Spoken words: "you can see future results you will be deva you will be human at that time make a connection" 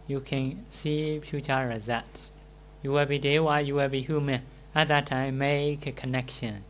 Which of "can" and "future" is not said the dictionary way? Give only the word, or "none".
future